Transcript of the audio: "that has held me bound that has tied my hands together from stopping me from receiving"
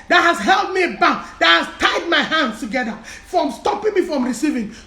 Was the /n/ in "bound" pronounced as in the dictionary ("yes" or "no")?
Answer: no